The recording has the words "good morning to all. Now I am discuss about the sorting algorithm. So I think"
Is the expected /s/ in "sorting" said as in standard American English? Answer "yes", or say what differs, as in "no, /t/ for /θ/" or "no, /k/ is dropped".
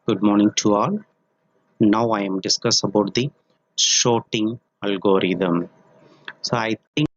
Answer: no, /ʃ/ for /s/